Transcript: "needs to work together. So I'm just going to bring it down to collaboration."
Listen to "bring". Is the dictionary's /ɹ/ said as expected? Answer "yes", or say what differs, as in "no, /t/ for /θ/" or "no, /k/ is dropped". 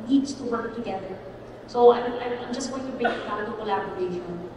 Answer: no, /ɹ/ is dropped